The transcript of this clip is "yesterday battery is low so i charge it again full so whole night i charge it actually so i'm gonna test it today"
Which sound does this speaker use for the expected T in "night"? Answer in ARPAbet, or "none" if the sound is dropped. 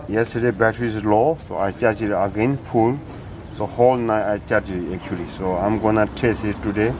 none